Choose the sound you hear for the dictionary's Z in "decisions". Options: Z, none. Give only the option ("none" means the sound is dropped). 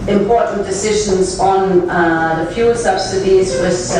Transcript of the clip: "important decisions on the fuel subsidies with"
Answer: Z